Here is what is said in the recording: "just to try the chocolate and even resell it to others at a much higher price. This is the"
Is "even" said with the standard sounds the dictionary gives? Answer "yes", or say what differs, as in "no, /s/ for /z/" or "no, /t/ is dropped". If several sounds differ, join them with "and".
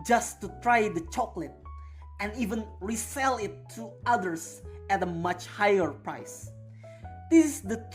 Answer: yes